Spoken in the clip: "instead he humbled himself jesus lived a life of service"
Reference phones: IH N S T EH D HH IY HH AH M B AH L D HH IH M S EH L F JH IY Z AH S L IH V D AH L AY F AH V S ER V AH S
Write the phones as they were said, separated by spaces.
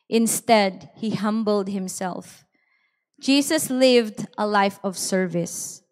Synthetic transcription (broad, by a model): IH N S T EH D HH IY HH AH M B AH L D HH IH M S EH L F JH IY S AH S L IH V D AH L AY F AH V S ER V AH S